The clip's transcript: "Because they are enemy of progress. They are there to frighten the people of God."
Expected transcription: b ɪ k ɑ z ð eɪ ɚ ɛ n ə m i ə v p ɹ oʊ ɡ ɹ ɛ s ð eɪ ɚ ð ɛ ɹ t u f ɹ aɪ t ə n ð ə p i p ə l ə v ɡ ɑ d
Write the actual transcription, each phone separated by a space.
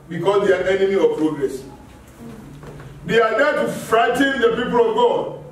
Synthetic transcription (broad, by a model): b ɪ k ɑ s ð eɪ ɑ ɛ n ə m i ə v p ɹ oʊ ɡ ɹ ɛ s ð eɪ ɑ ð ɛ t u f ɹ aɪ t ə n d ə p i p ə l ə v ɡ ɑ